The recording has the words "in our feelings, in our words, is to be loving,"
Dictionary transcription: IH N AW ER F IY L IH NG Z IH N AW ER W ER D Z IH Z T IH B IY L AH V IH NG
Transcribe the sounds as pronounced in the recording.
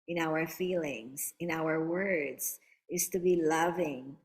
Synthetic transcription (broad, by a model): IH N AW ER F IY L IH NG Z IH N AW ER W ER D Z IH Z T IH B IY L AH V IH NG